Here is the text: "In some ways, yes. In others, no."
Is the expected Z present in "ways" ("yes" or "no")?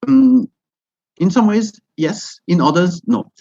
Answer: yes